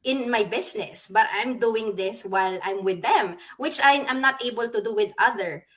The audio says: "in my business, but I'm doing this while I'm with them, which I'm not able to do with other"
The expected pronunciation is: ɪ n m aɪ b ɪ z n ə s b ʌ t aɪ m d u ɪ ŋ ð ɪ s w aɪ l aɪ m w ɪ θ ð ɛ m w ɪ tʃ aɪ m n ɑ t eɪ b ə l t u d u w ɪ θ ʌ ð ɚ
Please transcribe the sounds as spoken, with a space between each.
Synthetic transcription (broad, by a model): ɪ n m aɪ b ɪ s n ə s b ʌ t aɪ m d u ɪ ŋ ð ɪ s w aɪ l aɪ m w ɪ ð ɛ m w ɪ tʃ aɪ m n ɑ t eɪ b ə l t u d u w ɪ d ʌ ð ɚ